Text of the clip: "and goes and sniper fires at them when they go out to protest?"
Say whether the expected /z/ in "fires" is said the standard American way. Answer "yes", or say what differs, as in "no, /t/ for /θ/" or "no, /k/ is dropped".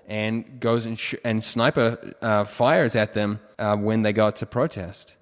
yes